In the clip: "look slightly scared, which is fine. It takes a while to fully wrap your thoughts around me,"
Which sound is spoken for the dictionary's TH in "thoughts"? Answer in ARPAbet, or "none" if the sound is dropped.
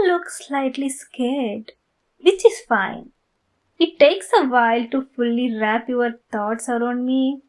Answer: T